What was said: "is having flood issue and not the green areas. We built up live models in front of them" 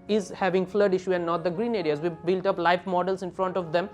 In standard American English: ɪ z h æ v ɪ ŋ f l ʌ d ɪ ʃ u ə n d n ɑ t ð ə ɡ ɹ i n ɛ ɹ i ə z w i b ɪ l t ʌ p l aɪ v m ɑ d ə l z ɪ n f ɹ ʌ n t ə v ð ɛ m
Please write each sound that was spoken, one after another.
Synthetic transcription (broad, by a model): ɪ z h æ v ɪ ŋ f l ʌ d ɪ ʃ u ə n d n ɑ t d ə ɡ ɹ i n ɛ ɹ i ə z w i b ɪ l t ʌ p l aɪ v m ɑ d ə l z ɪ n f ɹ ʌ n t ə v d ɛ m